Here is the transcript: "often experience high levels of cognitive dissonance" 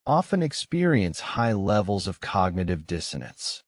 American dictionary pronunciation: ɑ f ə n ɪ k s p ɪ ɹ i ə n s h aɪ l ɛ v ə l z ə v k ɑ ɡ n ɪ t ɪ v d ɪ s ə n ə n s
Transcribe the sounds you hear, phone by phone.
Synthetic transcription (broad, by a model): ɑ f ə n ɪ k s p ɪ ɹ i ə n s h aɪ l ɛ v l z ə v k ɑ ɡ n ɪ t ɪ v d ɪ s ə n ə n s